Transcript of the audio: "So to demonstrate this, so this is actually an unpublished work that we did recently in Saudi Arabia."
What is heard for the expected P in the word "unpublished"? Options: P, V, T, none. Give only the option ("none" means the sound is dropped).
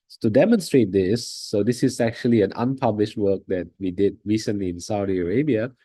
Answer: P